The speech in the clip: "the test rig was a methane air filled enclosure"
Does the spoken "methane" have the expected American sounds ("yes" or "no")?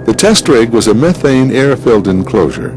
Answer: yes